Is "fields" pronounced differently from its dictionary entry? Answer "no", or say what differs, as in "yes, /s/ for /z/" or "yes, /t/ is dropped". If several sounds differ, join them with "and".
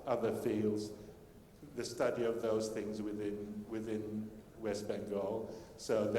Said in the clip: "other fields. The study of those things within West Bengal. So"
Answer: no